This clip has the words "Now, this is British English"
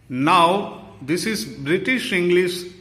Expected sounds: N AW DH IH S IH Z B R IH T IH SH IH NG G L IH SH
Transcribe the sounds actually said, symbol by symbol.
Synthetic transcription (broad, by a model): N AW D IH S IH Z B R IH T IH SH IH NG G L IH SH